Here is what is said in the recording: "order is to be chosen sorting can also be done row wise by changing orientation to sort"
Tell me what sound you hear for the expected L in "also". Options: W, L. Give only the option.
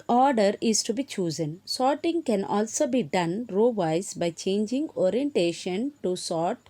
L